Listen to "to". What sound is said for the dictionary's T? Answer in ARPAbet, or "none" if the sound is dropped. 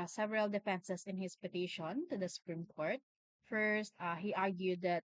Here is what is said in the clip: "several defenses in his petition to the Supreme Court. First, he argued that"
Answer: T